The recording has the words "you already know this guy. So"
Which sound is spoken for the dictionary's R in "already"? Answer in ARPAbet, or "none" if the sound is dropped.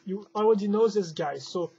W